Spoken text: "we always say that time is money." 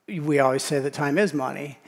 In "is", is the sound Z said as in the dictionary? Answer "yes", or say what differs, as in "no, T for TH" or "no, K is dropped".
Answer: yes